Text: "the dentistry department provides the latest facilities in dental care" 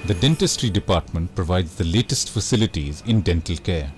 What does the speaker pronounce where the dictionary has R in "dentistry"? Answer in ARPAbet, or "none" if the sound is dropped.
R